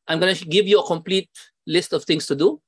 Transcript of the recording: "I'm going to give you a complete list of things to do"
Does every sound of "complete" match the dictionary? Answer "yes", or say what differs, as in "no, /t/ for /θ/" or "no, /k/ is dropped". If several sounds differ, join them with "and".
yes